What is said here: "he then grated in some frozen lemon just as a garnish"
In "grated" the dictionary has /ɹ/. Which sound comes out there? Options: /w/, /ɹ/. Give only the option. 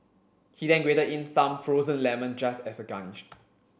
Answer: /w/